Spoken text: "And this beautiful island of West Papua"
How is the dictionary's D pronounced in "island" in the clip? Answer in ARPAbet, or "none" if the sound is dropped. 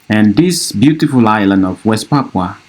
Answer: D